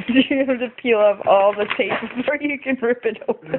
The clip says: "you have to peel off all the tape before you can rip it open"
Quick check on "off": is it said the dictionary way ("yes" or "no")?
no